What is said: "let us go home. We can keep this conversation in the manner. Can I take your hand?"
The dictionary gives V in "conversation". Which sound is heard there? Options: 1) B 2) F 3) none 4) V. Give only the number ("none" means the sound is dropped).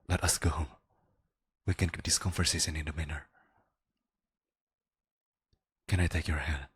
2